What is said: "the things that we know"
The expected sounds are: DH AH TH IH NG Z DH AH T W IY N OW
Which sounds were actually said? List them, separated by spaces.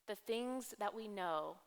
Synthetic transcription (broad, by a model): DH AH TH IH NG Z DH AH T W IY N OW